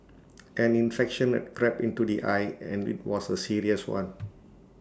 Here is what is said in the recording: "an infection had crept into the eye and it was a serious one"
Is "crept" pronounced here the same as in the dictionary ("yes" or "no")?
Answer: no